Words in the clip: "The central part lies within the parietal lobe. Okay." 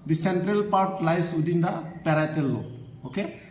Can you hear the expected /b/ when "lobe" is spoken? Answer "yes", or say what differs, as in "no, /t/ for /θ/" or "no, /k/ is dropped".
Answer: no, /b/ is dropped